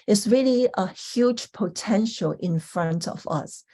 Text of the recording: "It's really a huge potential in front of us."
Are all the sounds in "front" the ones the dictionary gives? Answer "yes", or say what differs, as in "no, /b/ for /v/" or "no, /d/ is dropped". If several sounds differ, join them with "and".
yes